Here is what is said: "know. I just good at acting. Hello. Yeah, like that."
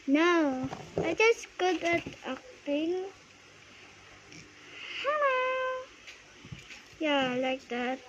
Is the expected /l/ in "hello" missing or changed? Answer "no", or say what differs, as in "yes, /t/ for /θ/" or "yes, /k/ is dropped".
yes, /l/ is dropped